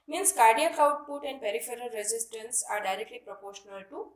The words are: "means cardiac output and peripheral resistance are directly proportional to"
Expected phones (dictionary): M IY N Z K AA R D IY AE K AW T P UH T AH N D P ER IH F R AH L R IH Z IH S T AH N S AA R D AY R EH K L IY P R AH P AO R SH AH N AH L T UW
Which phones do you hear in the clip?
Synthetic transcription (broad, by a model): M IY N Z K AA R D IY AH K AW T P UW T AH N D P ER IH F R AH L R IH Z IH S T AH N S AA R D AY R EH K L IY P R AH P AO R SH AH N AH L T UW